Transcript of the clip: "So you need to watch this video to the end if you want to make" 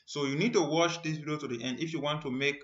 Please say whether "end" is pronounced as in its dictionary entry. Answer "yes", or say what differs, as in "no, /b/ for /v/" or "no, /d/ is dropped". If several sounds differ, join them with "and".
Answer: yes